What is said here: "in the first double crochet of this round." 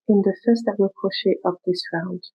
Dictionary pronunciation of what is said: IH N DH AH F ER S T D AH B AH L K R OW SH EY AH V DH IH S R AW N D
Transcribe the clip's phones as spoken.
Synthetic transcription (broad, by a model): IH N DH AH F ER S T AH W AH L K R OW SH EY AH P DH IH S R AW N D